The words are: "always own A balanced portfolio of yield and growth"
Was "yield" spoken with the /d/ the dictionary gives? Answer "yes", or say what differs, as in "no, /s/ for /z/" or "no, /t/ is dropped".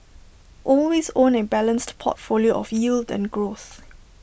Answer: yes